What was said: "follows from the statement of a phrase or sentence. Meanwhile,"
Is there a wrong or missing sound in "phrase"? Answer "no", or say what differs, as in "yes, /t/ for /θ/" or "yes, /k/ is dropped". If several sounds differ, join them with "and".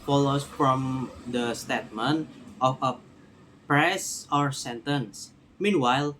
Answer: yes, /p/ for /f/ and /s/ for /z/